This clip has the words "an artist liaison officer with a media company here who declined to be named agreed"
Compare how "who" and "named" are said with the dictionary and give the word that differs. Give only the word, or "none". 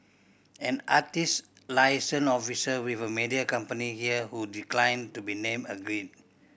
named